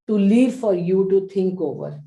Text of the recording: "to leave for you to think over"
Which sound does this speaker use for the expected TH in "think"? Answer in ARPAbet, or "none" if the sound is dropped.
T